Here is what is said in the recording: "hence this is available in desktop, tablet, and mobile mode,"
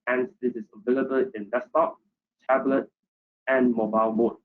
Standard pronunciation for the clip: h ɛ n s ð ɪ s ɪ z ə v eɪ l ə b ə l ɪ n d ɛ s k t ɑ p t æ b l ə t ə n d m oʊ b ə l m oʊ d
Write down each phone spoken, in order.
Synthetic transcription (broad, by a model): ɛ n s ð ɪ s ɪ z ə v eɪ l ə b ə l ɪ n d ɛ s t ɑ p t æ b l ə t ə n m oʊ b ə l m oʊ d